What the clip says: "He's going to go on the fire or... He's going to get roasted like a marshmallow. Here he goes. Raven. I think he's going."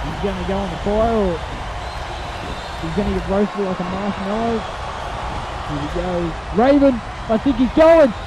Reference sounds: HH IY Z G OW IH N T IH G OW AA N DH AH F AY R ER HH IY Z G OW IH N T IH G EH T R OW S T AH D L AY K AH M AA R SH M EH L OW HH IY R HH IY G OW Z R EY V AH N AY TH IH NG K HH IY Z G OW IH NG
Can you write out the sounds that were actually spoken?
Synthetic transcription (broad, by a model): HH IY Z G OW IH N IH G OW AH N DH AH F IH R ER HH IY Z G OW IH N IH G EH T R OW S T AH L AY K AH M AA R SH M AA IH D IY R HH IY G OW R EY V AH N AY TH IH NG K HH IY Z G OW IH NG